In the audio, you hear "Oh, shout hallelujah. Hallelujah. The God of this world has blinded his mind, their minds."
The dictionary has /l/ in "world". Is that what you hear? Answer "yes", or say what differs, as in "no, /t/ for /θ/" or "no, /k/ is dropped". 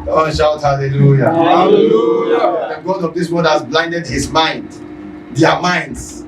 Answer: no, /l/ is dropped